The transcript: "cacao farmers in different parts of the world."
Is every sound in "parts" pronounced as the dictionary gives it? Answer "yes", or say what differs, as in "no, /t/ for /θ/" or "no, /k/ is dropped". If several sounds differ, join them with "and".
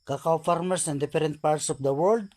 yes